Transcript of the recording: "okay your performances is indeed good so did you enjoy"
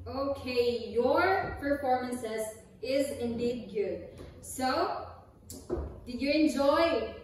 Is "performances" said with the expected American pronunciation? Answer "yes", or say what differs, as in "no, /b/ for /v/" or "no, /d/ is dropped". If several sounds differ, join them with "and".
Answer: yes